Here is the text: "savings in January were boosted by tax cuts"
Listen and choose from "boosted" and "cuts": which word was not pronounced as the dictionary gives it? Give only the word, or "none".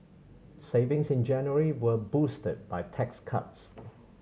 none